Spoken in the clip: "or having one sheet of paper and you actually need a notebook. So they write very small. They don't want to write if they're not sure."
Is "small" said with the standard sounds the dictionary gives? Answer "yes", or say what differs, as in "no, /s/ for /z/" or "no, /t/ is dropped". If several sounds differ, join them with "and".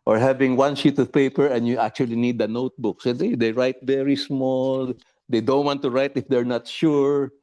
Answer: yes